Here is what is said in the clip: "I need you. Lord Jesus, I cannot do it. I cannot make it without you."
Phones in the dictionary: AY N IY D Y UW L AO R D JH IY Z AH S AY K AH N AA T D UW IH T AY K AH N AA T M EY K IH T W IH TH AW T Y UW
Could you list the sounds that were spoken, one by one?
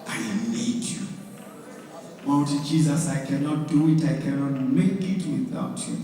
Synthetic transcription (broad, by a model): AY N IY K Y UW W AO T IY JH IY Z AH S AY K AH N AA T D UW IH T AY K AH N AA T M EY K IH T W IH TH AW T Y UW